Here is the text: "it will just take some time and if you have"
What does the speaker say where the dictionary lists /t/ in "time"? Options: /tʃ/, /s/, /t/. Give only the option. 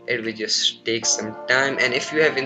/t/